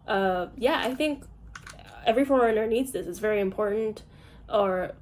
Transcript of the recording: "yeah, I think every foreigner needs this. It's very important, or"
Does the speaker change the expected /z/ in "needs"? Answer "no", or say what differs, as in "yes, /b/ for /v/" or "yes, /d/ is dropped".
no